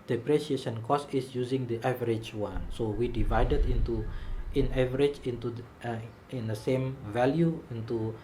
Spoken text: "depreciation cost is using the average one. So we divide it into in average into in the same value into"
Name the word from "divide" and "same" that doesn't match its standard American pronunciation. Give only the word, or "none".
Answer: none